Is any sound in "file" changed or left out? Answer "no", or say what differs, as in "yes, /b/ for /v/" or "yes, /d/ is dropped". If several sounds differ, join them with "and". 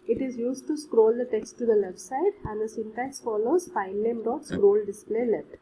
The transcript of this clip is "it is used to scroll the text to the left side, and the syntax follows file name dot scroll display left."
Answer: yes, /n/ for /l/